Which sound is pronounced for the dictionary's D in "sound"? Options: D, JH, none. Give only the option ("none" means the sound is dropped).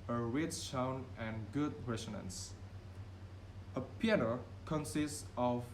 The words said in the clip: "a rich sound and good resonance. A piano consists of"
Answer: none